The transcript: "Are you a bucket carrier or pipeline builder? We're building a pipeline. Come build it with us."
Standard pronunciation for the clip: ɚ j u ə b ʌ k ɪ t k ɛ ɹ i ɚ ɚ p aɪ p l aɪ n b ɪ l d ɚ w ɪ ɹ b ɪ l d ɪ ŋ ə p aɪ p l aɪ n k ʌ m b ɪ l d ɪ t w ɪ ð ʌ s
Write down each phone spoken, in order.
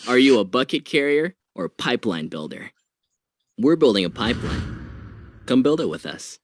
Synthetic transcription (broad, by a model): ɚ j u ə b ʌ k ɪ t k ɛ ɹ i ɚ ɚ p aɪ p l aɪ n b ɪ l d ɚ w ɪ ɹ b ɪ l d ɪ ŋ ə p aɪ p l aɪ n k ʌ m b ɪ l d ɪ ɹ w ɪ ð ʌ s